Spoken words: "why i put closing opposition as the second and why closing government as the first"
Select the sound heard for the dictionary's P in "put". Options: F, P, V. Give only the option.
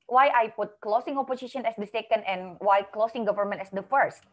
P